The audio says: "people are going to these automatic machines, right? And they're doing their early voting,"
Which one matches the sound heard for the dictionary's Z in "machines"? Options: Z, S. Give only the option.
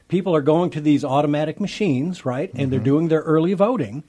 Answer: Z